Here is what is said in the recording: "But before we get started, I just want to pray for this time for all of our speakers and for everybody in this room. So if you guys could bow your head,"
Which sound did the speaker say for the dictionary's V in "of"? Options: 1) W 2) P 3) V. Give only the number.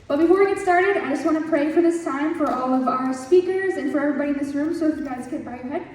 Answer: 3